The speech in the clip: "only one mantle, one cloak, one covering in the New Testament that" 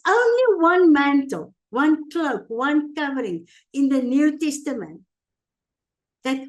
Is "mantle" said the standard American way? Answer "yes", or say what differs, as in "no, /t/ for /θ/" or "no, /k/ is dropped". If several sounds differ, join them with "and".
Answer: yes